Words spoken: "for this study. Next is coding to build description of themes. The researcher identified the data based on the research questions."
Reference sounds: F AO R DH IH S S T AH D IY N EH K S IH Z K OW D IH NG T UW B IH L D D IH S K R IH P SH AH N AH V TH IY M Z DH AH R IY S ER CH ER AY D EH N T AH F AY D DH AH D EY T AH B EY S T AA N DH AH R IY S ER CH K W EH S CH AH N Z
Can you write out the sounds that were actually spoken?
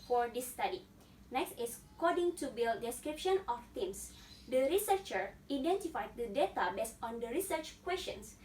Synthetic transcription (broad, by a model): F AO R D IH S S T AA D IY N EH K S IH S K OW D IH NG T UW B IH L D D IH S K R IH P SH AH N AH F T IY M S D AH R IY S ER CH ER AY D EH N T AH F AY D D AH D EY T AH B EY S T AA N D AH R IY S ER CH K W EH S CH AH N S